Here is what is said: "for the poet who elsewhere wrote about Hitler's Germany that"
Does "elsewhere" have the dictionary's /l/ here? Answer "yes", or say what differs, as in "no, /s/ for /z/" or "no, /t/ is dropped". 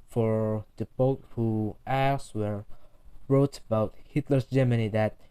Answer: no, /l/ is dropped